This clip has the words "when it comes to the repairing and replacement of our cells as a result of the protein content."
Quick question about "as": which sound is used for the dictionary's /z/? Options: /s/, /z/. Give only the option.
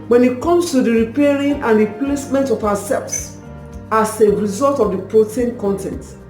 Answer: /s/